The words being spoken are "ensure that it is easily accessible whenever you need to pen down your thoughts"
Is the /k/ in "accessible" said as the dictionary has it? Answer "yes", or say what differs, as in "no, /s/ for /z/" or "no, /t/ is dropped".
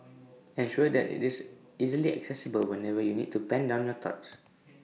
yes